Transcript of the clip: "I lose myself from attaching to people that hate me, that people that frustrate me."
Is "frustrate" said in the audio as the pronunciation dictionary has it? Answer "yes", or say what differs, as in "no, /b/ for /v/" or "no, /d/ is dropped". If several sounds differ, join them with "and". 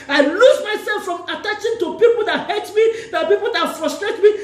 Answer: yes